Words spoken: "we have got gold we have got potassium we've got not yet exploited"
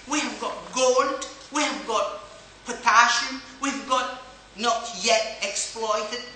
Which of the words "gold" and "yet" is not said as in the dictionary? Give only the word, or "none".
gold